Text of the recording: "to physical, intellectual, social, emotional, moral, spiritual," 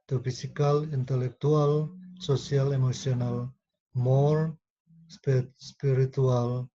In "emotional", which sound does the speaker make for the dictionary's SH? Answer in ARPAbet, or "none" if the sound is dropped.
S